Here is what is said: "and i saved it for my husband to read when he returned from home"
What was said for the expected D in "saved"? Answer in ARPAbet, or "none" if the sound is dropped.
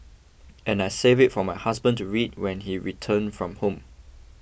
none